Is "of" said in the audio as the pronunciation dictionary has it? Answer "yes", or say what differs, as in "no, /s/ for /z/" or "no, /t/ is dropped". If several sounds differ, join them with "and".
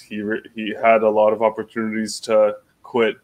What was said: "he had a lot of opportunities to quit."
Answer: yes